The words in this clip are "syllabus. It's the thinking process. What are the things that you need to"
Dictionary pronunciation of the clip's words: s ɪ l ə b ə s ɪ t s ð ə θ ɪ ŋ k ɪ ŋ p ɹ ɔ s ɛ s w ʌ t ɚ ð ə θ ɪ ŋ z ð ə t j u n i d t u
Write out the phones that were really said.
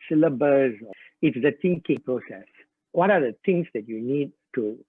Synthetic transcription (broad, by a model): s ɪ l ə b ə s ɪ t s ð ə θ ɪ ŋ k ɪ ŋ p ɹ ɔ s ɛ s w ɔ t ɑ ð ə t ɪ ŋ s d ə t j u n i d t u